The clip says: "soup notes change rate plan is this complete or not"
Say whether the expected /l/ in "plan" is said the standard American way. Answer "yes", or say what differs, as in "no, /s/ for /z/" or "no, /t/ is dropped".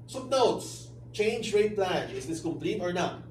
yes